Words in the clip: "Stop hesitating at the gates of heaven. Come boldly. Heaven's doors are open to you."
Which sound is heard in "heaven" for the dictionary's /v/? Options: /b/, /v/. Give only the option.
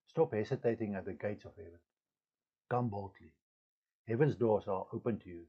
/v/